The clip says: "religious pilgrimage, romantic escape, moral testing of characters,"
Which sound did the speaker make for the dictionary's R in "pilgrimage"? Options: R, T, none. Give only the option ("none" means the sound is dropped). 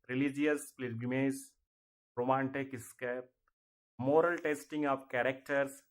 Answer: none